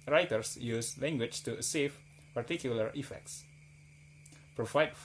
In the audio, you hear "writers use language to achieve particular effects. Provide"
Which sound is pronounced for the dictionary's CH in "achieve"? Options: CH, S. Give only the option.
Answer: S